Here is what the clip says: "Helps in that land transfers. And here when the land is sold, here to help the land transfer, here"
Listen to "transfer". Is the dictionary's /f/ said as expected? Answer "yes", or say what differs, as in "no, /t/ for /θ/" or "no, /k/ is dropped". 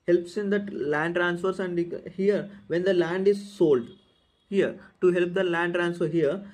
yes